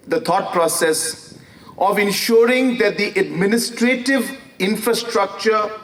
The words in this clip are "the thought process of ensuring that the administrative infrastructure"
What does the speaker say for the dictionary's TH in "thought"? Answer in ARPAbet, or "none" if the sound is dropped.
T